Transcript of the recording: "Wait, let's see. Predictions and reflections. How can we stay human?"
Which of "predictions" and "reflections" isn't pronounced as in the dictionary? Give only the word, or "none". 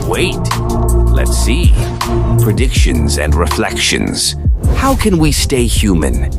none